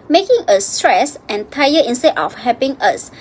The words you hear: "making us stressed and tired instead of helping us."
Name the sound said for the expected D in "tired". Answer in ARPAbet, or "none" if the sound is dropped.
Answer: none